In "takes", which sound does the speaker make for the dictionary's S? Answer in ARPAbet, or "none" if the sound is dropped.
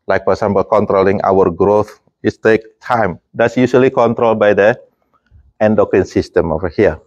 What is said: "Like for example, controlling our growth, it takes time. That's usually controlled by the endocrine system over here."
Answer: none